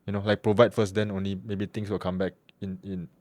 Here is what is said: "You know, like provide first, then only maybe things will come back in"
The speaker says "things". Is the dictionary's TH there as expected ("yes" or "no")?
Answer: no